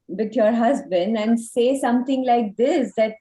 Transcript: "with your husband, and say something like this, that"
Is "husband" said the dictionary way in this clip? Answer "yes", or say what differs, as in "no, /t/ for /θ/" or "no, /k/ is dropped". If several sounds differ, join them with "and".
yes